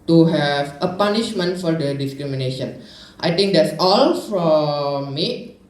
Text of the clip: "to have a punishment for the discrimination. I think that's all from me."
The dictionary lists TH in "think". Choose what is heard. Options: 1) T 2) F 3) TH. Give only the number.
1